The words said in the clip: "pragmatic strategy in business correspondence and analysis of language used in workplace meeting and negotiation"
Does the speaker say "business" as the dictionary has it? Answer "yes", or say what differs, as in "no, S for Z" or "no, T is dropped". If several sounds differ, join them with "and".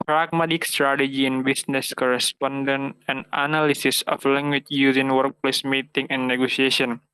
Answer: no, S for Z